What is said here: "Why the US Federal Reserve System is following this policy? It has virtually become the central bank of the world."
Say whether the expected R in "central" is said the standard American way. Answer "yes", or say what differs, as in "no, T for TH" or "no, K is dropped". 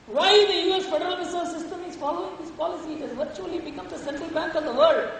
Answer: yes